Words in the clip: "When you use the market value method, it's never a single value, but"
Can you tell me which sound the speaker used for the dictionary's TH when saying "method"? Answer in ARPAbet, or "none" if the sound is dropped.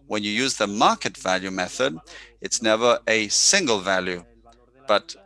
TH